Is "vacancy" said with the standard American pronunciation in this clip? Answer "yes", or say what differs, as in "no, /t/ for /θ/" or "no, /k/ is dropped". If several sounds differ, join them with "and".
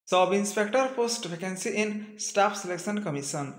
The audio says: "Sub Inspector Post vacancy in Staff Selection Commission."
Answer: no, /p/ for /v/